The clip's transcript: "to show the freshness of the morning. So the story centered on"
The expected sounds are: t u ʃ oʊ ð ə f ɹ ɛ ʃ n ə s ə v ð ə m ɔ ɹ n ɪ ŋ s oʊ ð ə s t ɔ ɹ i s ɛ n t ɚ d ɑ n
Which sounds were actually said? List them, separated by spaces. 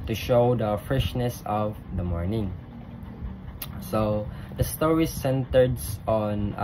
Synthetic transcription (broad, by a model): t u ʃ oʊ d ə f ɹ ɛ ʃ n ə s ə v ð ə m ɔ ɹ n ɪ ŋ s oʊ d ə s t ɔ ɹ i s ɛ n t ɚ d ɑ n